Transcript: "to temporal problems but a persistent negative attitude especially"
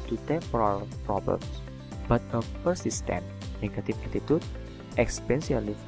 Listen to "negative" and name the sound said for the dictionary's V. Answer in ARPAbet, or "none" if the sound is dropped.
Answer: F